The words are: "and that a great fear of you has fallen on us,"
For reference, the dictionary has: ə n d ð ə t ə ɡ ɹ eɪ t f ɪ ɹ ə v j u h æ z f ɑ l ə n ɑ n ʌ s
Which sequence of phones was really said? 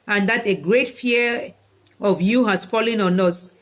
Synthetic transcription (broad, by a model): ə n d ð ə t ə ɡ ɹ eɪ t f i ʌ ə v j u h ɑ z f ɑ l ə n ɑ n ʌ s